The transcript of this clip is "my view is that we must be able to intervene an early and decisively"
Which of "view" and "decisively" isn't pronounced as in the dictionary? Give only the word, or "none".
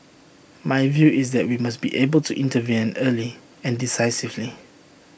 none